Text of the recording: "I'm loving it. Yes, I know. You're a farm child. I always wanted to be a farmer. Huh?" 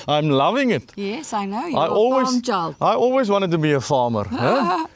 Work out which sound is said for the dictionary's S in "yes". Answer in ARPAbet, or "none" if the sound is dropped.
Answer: S